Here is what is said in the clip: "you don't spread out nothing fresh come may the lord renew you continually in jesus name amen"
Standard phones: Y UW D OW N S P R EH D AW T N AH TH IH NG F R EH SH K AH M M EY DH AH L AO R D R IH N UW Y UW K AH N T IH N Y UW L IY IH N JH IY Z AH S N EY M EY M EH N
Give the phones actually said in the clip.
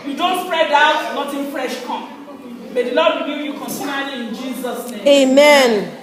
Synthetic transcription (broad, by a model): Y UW D OW N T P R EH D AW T N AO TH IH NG F R EH SH K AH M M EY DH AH L AO D W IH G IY Y UW K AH N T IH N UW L IY IH N JH IY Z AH S N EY EY M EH N